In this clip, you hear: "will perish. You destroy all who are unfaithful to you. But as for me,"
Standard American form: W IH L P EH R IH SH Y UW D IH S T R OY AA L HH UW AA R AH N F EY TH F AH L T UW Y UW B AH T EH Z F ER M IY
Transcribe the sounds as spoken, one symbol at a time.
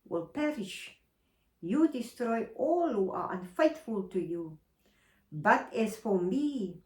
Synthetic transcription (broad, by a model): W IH L P EH R IH SH Y UW D IH S T R OY AA L HH UW AA R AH N F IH T F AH L T UW Y UW B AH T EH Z F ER M IY